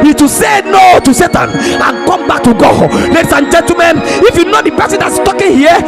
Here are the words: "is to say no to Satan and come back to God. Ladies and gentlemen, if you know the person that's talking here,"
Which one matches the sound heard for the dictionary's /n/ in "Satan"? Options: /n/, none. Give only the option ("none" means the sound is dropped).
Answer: /n/